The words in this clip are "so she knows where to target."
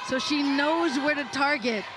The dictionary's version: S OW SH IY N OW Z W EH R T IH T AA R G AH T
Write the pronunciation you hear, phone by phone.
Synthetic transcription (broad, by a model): S OW SH IY N OW Z W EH R T IH T AA R G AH T